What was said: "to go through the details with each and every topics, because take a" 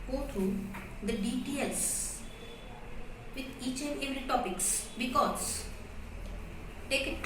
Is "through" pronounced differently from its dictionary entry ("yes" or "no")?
yes